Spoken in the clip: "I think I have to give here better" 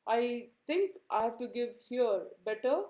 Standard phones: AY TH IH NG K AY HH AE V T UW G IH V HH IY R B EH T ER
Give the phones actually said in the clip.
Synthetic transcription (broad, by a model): AY T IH NG K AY HH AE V T UW G IH V HH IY R B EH T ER